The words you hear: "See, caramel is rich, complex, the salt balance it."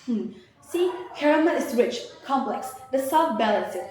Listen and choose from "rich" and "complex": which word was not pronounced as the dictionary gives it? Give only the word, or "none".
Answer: none